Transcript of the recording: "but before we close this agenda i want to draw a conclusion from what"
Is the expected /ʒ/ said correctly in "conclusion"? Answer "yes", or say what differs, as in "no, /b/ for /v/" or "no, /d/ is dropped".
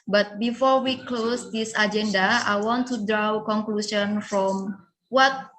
no, /s/ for /ʒ/